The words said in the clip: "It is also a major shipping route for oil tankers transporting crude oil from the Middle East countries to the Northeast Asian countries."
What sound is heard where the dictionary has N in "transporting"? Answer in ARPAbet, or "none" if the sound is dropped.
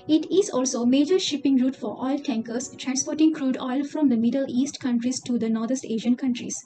N